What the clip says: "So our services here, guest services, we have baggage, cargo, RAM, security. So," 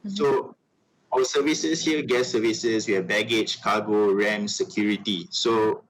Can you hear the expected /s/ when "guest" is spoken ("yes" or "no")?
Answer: no